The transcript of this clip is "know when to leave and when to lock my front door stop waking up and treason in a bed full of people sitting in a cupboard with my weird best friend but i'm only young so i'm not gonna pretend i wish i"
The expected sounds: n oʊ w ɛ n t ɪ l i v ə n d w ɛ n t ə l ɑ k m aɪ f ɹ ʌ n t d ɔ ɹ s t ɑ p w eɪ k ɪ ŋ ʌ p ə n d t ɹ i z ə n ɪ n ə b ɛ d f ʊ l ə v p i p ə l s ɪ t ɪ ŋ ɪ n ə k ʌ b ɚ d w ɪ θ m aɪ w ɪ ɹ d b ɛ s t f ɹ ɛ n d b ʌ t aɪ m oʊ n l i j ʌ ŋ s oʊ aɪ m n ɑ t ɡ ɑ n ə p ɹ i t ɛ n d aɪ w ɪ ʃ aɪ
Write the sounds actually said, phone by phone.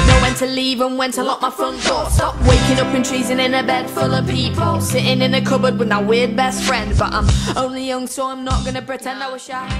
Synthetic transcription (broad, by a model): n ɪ w ɛ n t ɪ l i v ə n w ɛ n t ə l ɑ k m aɪ f ʌ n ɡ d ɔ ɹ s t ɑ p w eɪ k ɪ ŋ ʌ p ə n t ɹ i z ə n ɪ n ə b ɛ d f ʊ l ə v p i p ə l s ɪ t ɪ ŋ ɪ n ə k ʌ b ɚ d w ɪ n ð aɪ w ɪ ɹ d b ɛ s t f ɹ ɛ n d b ʌ t aɪ m oʊ n l i j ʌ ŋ s oʊ aɪ m n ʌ t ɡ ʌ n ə p ɹ i t ɛ n d aɪ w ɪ ʃ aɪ